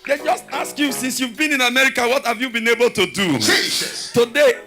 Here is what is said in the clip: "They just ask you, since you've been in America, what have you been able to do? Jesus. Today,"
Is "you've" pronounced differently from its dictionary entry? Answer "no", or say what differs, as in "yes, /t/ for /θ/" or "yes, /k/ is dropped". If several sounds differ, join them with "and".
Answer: no